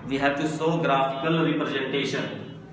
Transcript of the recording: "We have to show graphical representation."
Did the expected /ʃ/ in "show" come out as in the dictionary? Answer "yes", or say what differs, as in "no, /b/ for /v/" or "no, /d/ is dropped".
no, /s/ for /ʃ/